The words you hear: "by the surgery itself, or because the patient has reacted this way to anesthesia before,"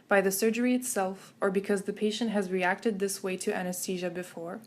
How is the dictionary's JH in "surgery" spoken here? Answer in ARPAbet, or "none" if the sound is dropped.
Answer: JH